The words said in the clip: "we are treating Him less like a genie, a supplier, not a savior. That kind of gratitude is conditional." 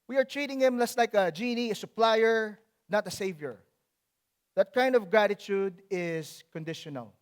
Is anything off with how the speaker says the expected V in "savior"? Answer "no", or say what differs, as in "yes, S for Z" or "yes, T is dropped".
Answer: no